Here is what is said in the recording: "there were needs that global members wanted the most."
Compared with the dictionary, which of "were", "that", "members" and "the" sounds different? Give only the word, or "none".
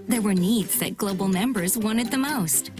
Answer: none